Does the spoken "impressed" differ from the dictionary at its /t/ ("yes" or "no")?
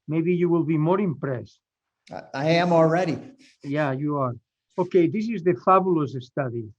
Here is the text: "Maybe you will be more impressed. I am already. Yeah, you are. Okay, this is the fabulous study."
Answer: no